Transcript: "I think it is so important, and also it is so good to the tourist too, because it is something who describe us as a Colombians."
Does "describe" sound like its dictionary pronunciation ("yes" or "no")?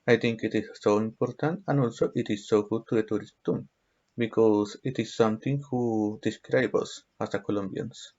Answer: yes